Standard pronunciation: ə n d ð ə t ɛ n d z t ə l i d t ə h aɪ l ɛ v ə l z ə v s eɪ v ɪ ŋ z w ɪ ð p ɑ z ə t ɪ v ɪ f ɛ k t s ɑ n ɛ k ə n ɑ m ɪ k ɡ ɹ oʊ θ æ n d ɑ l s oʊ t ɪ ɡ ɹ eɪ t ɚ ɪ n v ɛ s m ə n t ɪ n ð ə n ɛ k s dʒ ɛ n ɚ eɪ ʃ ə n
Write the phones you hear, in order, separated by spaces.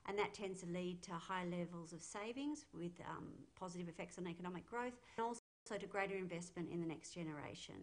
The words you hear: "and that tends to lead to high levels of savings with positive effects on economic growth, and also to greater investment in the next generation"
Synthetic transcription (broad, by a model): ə n ð ə t ɛ n d z t ə l i d t ə h aɪ l ɛ v ə l z ə v s eɪ v ɪ ŋ z w ɪ ð p ɑ z ə t ɪ v ɪ f ɛ k t s n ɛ k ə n ɑ m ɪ k ɡ ɹ oʊ θ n ɑ l s oʊ t ɪ ɡ ɹ eɪ t ɚ ɪ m v ɛ s m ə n t ɪ n ð ə n ɛ k s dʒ ɛ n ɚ eɪ ʃ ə n